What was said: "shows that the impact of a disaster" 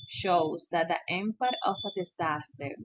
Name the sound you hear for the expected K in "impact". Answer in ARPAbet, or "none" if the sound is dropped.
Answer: none